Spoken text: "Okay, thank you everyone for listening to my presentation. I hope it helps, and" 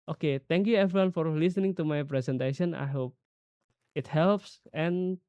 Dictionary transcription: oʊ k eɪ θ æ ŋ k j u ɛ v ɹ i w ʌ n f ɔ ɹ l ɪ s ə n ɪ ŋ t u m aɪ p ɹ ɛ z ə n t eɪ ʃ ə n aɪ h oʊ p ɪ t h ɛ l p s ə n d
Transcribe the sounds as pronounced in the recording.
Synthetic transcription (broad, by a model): oʊ k eɪ t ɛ ŋ k j u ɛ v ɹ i w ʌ n f ɔ ɹ l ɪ s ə n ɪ ŋ t u m aɪ p ɹ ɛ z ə n t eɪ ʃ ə n aɪ h oʊ p ɪ t h ɛ l p s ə n